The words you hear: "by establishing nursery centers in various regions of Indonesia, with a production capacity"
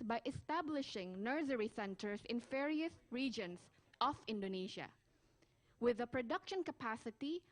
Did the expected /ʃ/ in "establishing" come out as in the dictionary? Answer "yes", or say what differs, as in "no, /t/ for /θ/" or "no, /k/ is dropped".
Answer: yes